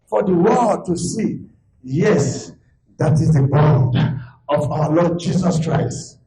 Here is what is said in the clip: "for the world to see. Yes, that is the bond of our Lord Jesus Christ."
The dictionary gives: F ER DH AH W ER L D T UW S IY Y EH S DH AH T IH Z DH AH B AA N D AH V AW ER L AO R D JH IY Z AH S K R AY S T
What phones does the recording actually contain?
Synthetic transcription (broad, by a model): F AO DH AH W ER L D T UW S IY Y EH S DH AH T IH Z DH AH B AA N D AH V AW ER L AO D JH IY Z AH S K R AY S T